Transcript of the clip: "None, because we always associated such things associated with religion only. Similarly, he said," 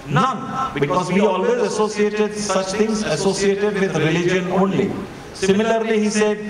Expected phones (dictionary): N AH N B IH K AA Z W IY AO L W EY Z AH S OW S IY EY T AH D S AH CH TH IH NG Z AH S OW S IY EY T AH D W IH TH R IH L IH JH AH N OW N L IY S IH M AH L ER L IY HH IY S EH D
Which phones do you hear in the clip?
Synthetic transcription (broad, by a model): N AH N B IH K AA Z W IY AO L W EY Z AH S OW S IY EY T AH D S AH CH T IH NG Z AH S OW S IY EY T AH D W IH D R IH L IH JH AH N OW N L IY S IH M AH L ER L IY HH IY S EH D